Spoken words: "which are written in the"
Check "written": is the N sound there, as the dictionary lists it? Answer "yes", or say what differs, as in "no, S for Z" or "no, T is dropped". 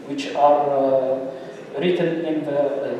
yes